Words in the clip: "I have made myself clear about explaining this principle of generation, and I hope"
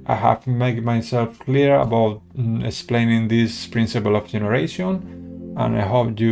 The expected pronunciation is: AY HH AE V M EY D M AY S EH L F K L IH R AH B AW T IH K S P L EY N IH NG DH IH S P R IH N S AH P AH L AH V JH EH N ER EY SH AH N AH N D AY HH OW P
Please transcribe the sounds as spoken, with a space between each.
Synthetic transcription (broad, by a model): AY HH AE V M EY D M AY S EH L F K L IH R AH B AW T IH K S P L EY N IH NG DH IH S P R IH N S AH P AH L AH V JH EH N ER EY SH AH N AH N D AY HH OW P